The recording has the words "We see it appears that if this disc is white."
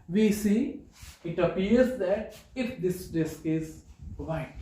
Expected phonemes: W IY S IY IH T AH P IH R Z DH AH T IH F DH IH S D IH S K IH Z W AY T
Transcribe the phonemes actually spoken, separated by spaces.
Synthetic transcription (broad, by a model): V IY S IY IH T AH P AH R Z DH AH T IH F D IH S D IH S K IH Z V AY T